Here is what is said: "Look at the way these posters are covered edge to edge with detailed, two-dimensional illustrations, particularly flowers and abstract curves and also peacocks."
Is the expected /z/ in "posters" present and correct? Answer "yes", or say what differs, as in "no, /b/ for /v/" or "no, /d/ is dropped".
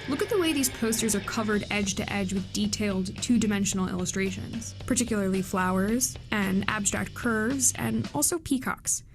yes